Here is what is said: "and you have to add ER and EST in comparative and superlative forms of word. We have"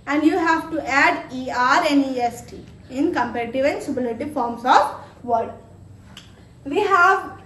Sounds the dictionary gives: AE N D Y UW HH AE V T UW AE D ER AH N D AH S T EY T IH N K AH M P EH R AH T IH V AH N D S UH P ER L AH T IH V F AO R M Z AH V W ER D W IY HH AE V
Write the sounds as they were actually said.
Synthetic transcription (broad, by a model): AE N D Y UW HH AE V T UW AE D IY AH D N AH S T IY IH N K AH M P EH R AH T IH V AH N S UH B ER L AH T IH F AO R M S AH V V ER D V IY HH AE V